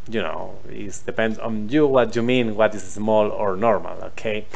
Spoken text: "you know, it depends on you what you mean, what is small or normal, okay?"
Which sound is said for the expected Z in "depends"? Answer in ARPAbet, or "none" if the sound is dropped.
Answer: none